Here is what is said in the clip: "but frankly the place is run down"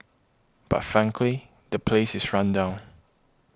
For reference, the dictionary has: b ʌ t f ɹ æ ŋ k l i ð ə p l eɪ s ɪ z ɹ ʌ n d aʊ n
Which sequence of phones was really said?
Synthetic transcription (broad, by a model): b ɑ t f ɹ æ ŋ k l i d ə p l eɪ s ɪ s ɹ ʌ n d aʊ n